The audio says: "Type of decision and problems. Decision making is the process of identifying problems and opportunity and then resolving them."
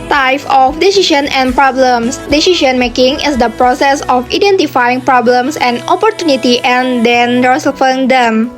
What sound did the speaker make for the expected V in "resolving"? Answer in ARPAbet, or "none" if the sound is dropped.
F